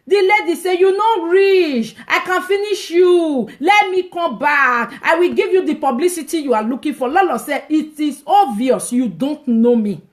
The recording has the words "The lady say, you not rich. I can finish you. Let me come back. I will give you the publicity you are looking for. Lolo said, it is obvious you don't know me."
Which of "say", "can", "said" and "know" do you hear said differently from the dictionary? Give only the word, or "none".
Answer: said